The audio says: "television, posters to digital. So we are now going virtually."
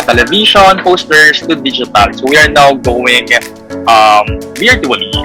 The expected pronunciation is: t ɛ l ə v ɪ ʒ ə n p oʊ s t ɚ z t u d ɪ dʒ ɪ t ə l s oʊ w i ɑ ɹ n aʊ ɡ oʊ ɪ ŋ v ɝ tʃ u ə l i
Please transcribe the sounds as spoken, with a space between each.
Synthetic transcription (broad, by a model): t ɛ l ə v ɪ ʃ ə n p oʊ s t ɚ s t u d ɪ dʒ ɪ t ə l s oʊ w i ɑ ɹ n aʊ ɡ oʊ ɪ ŋ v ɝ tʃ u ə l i